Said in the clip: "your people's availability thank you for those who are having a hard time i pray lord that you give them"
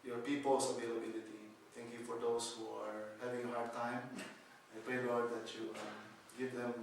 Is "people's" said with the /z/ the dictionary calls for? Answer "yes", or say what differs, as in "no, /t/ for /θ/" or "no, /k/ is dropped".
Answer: no, /s/ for /z/